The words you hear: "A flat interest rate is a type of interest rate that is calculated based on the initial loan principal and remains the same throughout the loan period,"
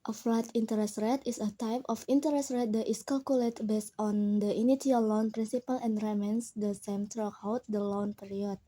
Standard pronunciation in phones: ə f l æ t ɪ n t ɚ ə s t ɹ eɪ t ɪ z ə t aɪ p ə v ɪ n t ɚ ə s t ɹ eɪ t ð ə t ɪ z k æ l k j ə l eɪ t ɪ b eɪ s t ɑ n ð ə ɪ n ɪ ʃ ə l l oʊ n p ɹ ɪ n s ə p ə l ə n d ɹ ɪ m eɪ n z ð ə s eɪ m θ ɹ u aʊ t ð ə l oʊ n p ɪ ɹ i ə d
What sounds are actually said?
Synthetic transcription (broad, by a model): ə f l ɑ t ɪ n t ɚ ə s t ɹ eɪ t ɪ s ə t aɪ p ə f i n t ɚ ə s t ɹ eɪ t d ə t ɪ s k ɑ l k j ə l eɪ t b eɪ s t ɑ n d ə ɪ n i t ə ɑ l oʊ n p ɹ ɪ n s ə p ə l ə n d ɹ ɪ m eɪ n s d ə s eɪ m t ɹ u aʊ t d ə l oʊ n p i ɹ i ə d